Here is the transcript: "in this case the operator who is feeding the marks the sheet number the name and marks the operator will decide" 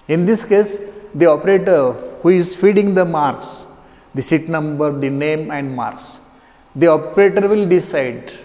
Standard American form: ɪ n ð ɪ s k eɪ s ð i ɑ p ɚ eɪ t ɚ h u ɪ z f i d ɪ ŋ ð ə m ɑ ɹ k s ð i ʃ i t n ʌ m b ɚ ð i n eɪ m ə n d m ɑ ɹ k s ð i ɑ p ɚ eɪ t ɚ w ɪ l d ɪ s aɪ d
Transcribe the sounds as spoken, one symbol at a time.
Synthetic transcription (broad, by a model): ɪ n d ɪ s k eɪ s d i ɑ p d eɪ t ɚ h u ɪ z f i d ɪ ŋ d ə m ɑ ɹ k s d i s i t n ʌ m b ɚ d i n eɪ m ə n d m ɑ ɹ s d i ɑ p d eɪ t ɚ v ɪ l d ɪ s aɪ d